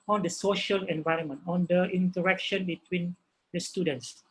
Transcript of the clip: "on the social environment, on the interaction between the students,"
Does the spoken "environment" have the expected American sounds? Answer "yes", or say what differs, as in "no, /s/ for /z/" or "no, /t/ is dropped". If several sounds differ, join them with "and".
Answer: yes